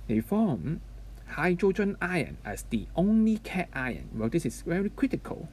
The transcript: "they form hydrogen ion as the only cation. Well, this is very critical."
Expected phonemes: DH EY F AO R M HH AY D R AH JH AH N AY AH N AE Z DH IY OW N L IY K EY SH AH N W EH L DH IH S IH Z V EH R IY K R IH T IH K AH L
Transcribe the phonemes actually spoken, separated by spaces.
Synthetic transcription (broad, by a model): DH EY F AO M HH AY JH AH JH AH N AY AH N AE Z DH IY OW N L IY K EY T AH N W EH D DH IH S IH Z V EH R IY K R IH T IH K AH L